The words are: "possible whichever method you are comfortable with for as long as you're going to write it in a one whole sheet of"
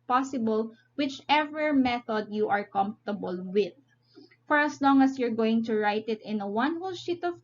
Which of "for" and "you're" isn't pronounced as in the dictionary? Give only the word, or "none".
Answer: none